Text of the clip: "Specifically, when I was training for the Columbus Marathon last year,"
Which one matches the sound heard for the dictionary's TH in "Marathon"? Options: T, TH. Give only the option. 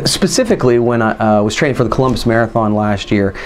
TH